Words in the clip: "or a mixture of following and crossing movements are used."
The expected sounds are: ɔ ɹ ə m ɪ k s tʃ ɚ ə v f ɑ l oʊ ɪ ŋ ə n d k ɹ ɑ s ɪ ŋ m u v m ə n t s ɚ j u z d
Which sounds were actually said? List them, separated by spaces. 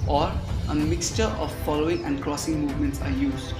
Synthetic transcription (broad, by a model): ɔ ɹ ə m ɪ k s tʃ ɚ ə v f ɑ l oʊ ɪ ŋ ə n d k ɹ ɑ s ɪ ŋ m u v m ə n t s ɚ j u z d